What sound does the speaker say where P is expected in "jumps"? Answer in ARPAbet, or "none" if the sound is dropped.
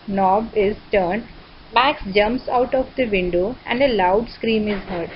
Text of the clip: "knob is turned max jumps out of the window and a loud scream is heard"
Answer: P